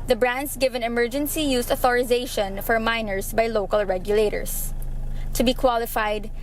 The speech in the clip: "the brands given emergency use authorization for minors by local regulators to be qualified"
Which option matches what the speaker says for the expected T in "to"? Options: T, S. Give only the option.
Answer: T